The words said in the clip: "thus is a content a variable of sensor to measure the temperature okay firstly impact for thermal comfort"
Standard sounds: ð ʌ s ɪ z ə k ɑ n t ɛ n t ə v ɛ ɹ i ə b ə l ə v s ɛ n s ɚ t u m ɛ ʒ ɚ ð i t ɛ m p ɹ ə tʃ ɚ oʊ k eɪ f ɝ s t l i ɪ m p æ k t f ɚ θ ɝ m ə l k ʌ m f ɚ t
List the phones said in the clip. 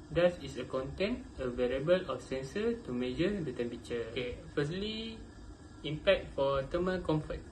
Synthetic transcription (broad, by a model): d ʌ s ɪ s ə k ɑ n t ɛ n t ə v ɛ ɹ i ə b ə l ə f s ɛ n s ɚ t u m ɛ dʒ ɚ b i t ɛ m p ə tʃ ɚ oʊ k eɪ f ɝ s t l i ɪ m p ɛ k t f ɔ t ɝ m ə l k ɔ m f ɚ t